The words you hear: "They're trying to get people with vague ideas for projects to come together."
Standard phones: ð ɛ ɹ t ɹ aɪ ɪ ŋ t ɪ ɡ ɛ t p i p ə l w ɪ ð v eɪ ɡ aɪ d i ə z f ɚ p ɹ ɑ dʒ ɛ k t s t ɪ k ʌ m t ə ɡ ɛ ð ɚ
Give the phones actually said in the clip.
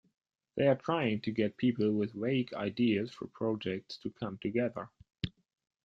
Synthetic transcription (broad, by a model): ð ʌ ɹ t ɹ aɪ ɪ ŋ t ɪ ɡ ɛ t p i p l w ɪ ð w eɪ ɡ aɪ d i ə z f ɚ p ɹ ɑ dʒ ɛ k t s t ɪ k ʌ m t ə ɡ ɛ ð ɚ